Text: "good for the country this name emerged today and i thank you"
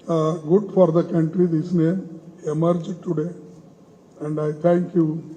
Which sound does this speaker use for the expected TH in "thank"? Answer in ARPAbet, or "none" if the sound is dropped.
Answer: T